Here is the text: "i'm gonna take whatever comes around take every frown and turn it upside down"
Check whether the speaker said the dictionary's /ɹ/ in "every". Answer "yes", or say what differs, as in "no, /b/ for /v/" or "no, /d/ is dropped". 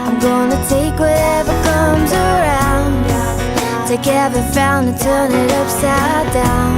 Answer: no, /ɹ/ is dropped